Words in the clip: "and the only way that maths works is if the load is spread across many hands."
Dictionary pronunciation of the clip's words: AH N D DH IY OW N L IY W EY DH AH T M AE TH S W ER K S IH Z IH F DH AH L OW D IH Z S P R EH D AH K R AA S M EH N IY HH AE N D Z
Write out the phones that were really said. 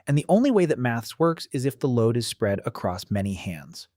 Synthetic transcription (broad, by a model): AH N DH IY OW N L IY W EY DH AH T M AE TH S W ER K S IH Z IH F DH AH L OW D IH Z S P R EH D AH K R AA S M EH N IY HH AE N D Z